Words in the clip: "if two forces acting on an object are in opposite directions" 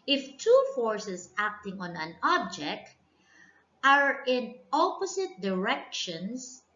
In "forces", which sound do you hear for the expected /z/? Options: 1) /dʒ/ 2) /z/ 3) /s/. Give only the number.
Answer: 3